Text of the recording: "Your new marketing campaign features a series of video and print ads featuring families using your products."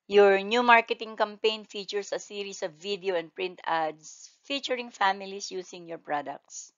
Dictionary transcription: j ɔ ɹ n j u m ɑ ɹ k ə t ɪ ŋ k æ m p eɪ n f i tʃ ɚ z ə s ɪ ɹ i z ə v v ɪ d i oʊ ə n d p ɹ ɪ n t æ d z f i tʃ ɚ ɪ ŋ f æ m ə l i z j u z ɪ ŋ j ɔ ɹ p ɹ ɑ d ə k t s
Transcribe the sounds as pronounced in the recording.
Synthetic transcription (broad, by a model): j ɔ ɹ n j u m ɑ ɹ k ə t ɪ ŋ k æ m p eɪ n f i tʃ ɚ s ə s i ɹ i s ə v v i d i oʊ ə n d p ɹ ɪ n t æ d s f i tʃ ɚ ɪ ŋ f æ m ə l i s j u s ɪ ŋ j ɔ ɹ p ɹ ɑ d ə k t s